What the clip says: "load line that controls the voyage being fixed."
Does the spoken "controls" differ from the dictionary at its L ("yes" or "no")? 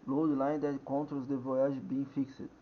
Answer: yes